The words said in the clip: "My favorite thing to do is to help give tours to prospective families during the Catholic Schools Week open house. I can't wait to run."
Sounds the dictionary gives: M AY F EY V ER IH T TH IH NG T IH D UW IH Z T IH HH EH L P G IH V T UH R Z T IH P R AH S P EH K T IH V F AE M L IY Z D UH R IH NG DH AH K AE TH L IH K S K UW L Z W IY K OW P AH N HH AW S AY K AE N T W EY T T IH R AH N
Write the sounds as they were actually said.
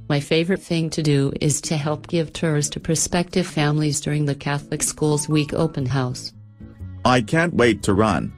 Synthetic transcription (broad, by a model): M AY F EY V ER IH T TH IH NG T IH D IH IH Z T IH HH EH L P G IH V T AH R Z T IH P R S P EH K T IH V F AE M L IY Z D UH R IH NG DH AH K AE TH L IH K S K UW L Z W IY K OW P AH N HH AW S AY K AE N T W EY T T IH R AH N